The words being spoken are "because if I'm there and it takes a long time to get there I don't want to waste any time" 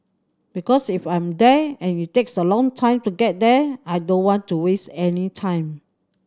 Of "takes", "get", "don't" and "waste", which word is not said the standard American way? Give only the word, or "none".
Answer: none